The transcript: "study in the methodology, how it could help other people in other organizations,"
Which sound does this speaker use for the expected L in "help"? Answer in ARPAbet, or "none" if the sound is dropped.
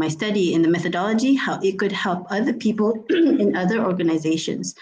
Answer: L